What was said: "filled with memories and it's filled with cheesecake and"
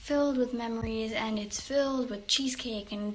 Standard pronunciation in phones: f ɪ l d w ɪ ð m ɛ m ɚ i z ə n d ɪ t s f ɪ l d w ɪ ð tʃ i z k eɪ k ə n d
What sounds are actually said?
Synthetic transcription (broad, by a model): f ɪ l d w ɪ ð m ɛ m ɚ i z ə n ɪ t s f ɪ l d w ɪ ð tʃ i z k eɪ k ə n